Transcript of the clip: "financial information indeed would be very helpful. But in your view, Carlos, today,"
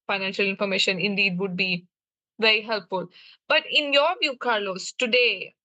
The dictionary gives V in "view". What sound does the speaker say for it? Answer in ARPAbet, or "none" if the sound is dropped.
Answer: V